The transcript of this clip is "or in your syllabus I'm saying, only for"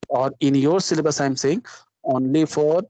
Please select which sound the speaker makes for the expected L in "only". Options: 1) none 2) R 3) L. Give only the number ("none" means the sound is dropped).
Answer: 3